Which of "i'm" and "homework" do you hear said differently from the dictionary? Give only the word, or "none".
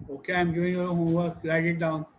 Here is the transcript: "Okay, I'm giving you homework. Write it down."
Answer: homework